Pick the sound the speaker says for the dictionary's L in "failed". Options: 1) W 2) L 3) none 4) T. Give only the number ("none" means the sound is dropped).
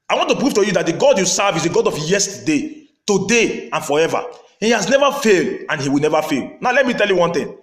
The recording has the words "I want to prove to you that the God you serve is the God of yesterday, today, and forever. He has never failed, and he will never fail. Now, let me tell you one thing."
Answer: 2